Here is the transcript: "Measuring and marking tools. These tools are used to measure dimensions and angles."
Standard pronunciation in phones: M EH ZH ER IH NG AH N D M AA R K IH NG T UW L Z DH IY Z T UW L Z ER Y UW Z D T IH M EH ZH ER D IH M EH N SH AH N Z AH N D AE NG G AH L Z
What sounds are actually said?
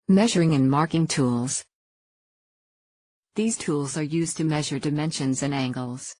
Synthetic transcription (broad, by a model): M EH ZH ER IH NG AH N M AA R K IH NG T UW L Z DH IY Z T UW L Z ER Y UW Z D T IH M EH ZH ER D IH M EH N SH AH N Z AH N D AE NG G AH L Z